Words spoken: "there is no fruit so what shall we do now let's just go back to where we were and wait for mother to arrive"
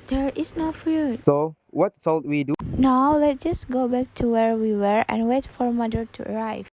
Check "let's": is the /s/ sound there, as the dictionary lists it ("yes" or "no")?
no